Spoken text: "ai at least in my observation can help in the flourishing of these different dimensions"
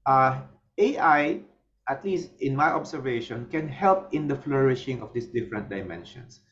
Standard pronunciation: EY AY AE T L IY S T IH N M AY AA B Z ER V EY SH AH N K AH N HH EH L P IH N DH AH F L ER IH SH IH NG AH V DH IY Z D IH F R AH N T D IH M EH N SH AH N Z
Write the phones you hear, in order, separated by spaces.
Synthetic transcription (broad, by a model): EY AY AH T L IY S T IH N M AY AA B S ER V EY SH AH N K AH N HH EH L P IH N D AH F L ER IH SH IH NG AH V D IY S D IH F R AH N T D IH M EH N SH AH N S